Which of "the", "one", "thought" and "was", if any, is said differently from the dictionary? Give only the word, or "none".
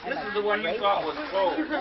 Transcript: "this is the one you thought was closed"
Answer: thought